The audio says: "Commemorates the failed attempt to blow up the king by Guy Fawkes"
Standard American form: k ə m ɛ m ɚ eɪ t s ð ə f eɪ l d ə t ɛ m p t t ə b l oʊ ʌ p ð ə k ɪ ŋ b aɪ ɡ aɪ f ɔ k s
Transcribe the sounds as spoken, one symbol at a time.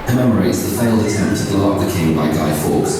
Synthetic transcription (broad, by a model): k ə m ɛ m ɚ eɪ t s ð ə f eɪ l d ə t ɛ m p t t ə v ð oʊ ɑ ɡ ð ə k ɪ ŋ b aɪ ɡ aɪ f ɔ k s